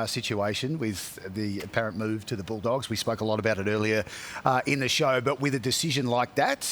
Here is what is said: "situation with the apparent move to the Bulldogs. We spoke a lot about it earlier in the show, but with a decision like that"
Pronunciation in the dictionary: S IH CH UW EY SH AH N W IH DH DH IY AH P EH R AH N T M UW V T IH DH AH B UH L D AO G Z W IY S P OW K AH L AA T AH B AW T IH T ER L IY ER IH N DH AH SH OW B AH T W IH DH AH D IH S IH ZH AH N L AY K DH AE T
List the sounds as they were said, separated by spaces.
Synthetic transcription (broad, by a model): S IH CH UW EY SH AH N W IH DH DH IY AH P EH R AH N M UW V T IH DH AH B UH L D AO G Z W IY S P OW K AH L AA T AH B AW T IH T ER L IY ER IH N DH AH SH OW B AH T W IH DH AH D IH S IH ZH AH N L AY K DH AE T